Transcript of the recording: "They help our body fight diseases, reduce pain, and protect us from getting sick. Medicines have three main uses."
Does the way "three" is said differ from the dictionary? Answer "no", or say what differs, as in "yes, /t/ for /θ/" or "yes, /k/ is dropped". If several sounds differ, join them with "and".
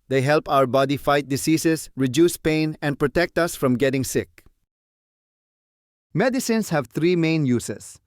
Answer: yes, /t/ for /θ/